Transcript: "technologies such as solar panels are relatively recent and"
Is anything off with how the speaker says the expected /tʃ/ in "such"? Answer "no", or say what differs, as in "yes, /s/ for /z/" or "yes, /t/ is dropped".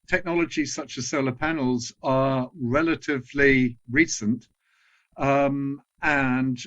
no